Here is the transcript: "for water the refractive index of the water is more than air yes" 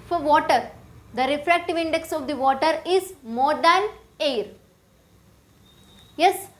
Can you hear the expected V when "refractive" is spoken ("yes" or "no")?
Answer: yes